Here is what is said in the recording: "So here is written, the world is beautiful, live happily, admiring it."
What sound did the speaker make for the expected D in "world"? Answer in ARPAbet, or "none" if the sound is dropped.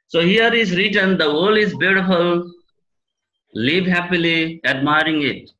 none